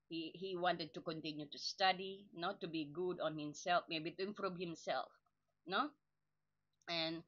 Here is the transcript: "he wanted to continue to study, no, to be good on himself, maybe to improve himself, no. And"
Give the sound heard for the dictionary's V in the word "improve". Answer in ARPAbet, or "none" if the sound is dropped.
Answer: B